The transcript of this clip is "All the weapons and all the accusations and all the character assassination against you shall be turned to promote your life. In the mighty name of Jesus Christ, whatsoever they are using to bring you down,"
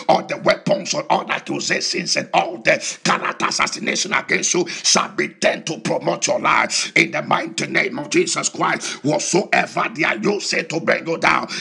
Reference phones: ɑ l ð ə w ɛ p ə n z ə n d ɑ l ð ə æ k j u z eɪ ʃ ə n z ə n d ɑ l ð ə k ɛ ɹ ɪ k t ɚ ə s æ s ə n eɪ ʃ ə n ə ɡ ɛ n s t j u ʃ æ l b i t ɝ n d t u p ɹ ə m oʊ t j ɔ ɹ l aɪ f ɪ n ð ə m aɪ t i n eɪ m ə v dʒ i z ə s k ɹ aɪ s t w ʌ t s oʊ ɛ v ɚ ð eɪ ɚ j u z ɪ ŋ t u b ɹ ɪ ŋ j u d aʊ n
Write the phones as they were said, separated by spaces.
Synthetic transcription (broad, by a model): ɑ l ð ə w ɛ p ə n s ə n ɑ l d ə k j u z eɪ s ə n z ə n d ɑ l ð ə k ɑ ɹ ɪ t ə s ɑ s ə n eɪ ʃ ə n ə ɡ ɛ n s t j u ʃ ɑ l b i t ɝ n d t u p ɹ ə m oʊ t j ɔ l aɪ f ɪ n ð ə m aɪ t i n eɪ m ə v dʒ i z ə s k ɹ aɪ s t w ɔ s oʊ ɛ v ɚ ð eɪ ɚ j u s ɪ t u b ɹ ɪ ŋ j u d aʊ n